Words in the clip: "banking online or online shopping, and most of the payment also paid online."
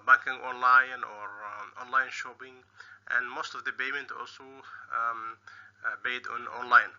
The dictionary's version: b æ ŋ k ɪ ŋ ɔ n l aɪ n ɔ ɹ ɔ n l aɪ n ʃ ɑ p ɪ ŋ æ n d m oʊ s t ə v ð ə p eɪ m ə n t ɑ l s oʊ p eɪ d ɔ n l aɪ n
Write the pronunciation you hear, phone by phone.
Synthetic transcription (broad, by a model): b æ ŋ k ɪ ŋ ɔ n l aɪ n ɔ ɹ ɔ n l aɪ n ʃ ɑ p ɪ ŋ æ n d m oʊ s t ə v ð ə b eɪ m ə n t ɑ l s oʊ b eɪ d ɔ n l aɪ n